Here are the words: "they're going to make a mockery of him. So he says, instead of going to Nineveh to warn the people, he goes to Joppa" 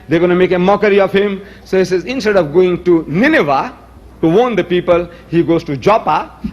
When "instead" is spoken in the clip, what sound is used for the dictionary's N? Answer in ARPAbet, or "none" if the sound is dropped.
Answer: N